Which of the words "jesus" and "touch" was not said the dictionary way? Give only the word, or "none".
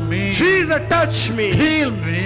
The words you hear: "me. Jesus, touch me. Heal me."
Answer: jesus